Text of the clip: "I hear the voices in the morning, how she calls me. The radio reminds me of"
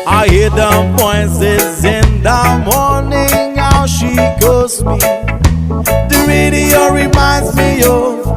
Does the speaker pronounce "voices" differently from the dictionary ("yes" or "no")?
yes